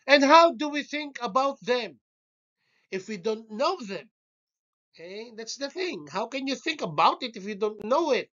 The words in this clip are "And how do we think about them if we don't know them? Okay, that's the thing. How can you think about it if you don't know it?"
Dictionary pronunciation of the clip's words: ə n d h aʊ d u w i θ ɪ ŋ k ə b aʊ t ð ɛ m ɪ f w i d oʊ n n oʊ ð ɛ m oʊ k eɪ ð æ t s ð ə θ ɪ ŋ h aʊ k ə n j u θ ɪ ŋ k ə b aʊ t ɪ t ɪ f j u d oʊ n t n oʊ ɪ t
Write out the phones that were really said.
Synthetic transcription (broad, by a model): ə n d h aʊ d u w i θ ɪ ŋ k ə b aʊ t ð ɛ m ɪ f w i d oʊ n n oʊ ð ɛ m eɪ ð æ t s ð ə θ ɪ ŋ h aʊ k ə n j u θ ɪ ŋ k ə b aʊ t ɪ t ɪ f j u d oʊ n t n oʊ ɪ t